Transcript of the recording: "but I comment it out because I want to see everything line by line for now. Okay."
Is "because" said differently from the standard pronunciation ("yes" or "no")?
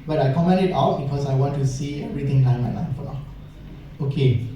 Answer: yes